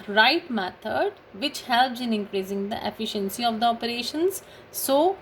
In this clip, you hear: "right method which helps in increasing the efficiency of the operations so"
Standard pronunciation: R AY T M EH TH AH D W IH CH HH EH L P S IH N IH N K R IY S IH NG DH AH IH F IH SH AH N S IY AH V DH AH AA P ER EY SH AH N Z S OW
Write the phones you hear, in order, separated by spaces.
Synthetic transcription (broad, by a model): R AY T M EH T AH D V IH CH HH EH L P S IH N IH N K R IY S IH NG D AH IH F IH SH AH N S IY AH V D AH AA P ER EY SH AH N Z S OW